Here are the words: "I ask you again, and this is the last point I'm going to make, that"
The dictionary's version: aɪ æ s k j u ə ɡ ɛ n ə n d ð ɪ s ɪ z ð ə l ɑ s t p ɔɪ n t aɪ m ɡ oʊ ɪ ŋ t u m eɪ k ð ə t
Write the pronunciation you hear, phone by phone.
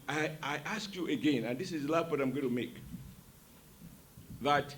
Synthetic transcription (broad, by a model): aɪ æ s k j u ə ɡ ɛ n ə n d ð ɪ s ɪ z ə l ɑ t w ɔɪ t aɪ m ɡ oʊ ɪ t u m eɪ k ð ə t